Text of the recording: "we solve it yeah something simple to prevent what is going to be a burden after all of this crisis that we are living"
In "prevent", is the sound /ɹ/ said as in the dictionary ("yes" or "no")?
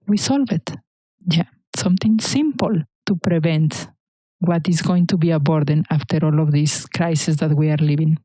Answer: yes